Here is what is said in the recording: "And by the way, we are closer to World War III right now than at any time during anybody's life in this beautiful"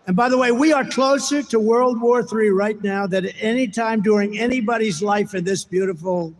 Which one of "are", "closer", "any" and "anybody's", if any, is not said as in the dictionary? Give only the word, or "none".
none